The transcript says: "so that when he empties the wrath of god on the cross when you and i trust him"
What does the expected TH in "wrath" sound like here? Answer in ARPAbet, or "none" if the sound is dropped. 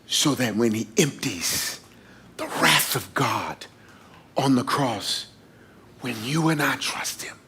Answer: TH